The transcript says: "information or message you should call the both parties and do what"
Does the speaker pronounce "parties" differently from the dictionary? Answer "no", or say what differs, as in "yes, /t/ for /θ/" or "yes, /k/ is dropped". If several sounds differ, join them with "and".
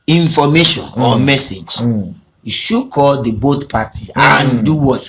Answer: yes, /z/ is dropped